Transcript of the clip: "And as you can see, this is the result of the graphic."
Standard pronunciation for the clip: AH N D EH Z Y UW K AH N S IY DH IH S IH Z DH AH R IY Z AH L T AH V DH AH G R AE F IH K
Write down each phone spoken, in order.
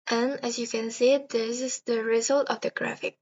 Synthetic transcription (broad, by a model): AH N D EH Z Y UW K AH N S IY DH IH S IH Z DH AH R IY Z AH L T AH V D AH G R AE F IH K